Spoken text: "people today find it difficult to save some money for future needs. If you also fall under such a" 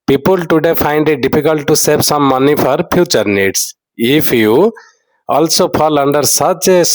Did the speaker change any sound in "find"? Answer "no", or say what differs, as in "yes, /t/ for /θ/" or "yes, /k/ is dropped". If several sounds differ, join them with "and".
yes, /p/ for /f/